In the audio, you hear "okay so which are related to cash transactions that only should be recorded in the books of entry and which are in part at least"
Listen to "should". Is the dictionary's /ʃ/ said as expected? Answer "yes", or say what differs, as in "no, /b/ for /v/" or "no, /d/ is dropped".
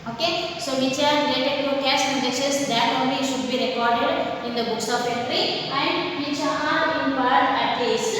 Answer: yes